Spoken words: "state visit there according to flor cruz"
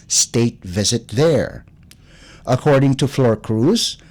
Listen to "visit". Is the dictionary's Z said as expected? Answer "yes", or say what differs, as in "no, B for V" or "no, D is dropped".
yes